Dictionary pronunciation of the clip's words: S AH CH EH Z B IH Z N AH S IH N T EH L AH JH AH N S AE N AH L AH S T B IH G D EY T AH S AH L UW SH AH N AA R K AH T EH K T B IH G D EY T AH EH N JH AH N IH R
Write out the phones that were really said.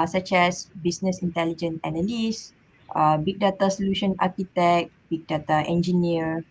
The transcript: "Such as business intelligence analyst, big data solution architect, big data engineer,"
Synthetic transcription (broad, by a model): S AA CH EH S B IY S N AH S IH N T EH L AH JH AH N EH N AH L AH S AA B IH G D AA T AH S AH L UW SH AH N AA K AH T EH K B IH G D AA T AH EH N JH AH N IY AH